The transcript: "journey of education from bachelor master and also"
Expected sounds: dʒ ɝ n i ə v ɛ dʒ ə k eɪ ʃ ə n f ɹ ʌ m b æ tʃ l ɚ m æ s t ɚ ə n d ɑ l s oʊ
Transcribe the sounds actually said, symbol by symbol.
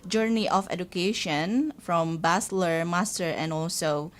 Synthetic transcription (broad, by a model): dʒ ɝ n i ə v ɛ dʒ ə k eɪ ʃ ə n f ɹ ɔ m b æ s l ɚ m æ s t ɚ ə n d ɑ l s oʊ